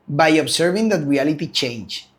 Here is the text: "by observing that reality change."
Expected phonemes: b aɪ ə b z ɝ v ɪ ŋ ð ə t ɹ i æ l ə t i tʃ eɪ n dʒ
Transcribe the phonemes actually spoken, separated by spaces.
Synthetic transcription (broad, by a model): b aɪ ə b s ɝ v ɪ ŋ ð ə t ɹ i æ l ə t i tʃ eɪ n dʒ